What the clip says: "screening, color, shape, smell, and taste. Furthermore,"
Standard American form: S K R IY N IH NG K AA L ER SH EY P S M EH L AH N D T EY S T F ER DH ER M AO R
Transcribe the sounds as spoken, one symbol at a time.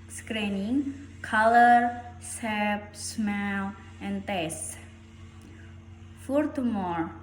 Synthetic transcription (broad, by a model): S K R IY N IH NG K AA L ER S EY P S M EH L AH N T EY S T F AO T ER M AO R